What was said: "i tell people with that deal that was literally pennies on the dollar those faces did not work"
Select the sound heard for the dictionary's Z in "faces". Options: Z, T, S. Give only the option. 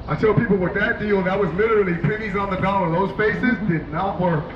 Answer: Z